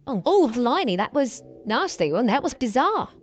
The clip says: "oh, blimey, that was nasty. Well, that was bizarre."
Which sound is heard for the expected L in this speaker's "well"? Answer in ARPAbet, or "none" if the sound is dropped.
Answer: N